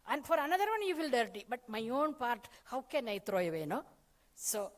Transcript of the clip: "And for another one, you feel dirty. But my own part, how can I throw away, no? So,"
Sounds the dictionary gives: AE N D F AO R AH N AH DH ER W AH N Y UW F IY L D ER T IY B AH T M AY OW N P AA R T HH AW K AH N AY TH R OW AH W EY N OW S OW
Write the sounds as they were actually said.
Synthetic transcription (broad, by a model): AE N D F AO R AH N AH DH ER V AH N Y UW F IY L D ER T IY B AH T M AY OW N P AA R T HH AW K AH N AY T R OW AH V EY N OW S OW